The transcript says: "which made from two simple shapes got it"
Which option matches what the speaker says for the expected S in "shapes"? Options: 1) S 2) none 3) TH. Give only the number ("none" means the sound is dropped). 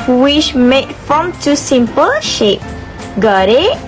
2